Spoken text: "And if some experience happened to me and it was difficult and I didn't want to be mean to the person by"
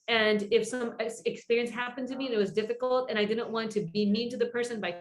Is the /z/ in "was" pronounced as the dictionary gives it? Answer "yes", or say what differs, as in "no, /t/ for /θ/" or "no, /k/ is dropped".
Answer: yes